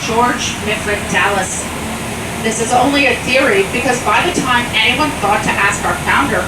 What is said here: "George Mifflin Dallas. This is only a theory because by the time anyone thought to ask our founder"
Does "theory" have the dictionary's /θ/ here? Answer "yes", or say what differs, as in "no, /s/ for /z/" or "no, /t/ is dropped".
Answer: yes